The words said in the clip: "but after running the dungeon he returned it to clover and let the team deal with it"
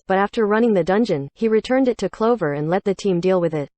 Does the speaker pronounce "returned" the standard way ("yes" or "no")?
yes